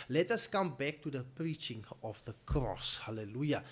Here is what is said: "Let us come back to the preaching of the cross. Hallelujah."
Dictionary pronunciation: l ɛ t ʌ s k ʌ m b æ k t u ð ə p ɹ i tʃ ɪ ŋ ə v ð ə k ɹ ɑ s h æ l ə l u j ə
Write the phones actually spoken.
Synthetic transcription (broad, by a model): l ɛ t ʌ s k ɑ m b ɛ k t u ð ə p ɹ i tʃ ɪ ŋ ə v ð ə k ɹ ɑ s h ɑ l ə l u j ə